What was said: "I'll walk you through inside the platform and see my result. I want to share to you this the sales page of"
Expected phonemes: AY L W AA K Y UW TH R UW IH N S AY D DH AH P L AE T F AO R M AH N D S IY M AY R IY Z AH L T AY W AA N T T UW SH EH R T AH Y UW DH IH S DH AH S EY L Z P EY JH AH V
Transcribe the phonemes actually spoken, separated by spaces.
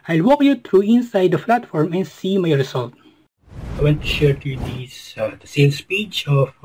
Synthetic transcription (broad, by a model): AY L W AA K Y UW T R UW IH N S AY D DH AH F L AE T F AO R M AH N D S IY M AY R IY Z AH L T AY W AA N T T UW SH EH R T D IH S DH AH S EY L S P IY CH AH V